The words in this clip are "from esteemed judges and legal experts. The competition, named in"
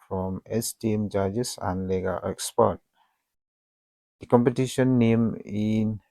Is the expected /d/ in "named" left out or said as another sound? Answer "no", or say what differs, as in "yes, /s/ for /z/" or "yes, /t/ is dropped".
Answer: yes, /d/ is dropped